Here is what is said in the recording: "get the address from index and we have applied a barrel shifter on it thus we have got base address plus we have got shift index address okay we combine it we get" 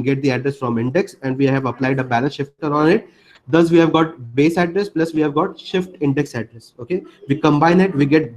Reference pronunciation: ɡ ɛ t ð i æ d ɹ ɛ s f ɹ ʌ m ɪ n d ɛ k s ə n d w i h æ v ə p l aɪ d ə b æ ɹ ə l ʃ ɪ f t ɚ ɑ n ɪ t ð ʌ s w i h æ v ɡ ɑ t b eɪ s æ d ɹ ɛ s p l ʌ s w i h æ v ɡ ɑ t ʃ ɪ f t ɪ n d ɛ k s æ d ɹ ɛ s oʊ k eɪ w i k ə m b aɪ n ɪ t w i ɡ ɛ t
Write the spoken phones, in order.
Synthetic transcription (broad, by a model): ɡ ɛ t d i æ d ɹ ɛ s f ɹ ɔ m ɪ n d ɛ k s ə n d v i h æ v ə p l aɪ d ə b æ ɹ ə n ʃ ɪ f t ɚ ɑ n ɪ t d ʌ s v i h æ v ɡ ɑ t b eɪ s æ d ɹ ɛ s p l ʌ s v i h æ v ɡ ɑ t ʃ ɪ f t ɪ n d ɛ k s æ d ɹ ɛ s oʊ k eɪ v i k ə m b aɪ n ɪ t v i ɡ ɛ t